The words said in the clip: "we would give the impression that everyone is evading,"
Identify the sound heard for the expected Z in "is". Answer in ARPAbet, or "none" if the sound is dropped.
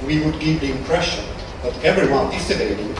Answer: S